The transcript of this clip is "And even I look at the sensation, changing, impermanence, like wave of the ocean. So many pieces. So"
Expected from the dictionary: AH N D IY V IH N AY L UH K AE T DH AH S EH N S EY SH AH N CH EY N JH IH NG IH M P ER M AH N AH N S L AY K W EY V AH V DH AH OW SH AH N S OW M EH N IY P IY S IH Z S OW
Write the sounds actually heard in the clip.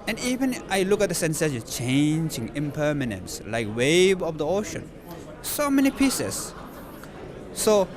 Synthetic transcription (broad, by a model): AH N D IY V IH N AY L UH K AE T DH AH S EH N S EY S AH CH EY N JH IH NG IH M P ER M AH N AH N S L AY K W EY V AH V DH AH OW SH AH N S OW M EH N IY P IY S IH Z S OW